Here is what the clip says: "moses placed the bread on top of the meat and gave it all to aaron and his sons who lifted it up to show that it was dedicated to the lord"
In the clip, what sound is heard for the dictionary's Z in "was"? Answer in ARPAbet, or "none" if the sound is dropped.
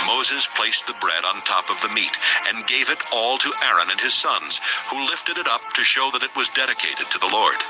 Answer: Z